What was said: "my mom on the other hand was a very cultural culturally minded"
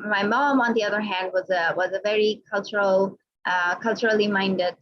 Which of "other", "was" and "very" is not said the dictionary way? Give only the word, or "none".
none